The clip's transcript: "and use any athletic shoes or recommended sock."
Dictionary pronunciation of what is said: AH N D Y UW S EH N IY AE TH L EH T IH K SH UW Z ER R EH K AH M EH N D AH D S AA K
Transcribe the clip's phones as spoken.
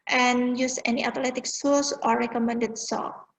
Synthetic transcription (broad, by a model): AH N Y UW S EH N IY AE T L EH T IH K S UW S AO R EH K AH M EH N D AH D S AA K